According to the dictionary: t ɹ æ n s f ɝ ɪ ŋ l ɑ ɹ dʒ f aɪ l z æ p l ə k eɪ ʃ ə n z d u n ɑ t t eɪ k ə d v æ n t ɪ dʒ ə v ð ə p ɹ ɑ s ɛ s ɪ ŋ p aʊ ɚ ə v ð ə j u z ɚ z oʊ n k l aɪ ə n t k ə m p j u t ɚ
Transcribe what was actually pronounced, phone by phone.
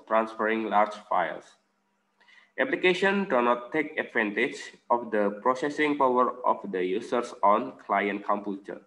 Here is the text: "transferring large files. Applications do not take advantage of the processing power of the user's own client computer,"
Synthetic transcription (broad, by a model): t ɹ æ n s f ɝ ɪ ŋ l ɑ ɹ dʒ f aɪ l s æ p l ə k eɪ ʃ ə n d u n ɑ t t eɪ k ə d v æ n t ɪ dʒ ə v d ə p ɹ ɑ s ɛ s ɪ ŋ p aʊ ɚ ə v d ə j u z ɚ s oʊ n k l aɪ ə n t k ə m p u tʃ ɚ